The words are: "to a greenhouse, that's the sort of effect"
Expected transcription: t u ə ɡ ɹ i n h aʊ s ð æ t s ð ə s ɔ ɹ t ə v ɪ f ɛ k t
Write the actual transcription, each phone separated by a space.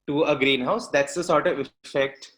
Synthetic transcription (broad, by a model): t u ə ɡ ɹ i n h aʊ s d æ t s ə s ɔ ɹ t ə v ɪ f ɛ k t